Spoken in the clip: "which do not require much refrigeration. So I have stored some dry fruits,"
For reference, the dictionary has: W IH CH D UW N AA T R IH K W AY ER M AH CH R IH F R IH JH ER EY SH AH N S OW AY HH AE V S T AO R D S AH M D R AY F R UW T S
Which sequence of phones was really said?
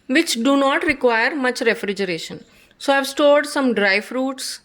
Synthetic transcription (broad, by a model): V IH CH D UW N AA T R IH K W AY ER M AH CH R IH F R IH JH ER EY SH AH N S OW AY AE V S T AO R D S AH M D R AY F R UW T S